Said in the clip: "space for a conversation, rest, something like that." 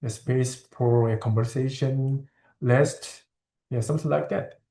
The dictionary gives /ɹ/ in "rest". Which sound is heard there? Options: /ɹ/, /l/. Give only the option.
/l/